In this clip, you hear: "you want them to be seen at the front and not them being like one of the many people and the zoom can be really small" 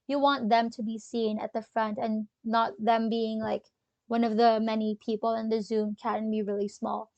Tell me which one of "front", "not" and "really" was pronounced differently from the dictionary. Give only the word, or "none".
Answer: none